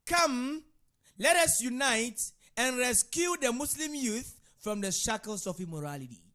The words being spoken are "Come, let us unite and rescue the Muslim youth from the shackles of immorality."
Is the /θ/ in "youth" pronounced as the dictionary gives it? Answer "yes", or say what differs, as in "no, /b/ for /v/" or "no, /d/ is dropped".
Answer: yes